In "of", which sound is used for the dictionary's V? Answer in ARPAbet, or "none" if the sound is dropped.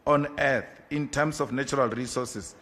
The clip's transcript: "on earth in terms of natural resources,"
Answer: F